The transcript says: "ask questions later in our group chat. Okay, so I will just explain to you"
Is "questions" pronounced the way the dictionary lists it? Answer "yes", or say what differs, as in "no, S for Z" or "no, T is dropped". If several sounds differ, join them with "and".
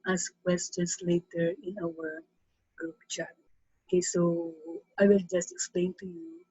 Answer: no, S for Z